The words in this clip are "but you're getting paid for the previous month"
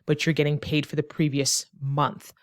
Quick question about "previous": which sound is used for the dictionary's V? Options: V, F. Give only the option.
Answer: V